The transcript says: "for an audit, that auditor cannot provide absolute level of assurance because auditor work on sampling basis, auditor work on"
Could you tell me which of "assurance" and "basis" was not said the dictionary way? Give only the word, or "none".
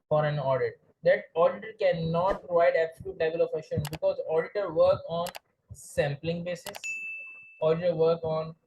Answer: assurance